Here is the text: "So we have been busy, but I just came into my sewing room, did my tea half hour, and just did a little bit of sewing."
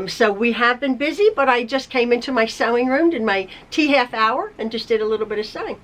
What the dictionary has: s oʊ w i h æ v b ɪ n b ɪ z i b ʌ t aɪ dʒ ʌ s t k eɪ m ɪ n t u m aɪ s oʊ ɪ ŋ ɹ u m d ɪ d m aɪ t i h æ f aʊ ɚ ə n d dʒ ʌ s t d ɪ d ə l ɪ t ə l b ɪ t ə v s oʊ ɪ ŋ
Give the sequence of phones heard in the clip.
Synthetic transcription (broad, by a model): s oʊ w i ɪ v b ɪ n b ɪ z i b ʌ t aɪ dʒ ʌ s k eɪ m ɪ n t u m aɪ s oʊ ɪ ŋ ɹ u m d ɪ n m aɪ t i h æ f aʊ ɚ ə n dʒ ʌ s d ɪ d ə l ɪ t l b ɪ t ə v s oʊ ɪ ŋ